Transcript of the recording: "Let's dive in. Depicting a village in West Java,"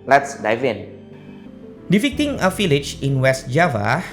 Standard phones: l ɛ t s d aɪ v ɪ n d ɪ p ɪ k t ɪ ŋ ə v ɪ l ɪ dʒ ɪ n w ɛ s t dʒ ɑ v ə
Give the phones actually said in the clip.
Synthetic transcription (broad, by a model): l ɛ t s d aɪ v ɪ n d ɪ f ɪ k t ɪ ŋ ə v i l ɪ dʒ ɪ n w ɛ s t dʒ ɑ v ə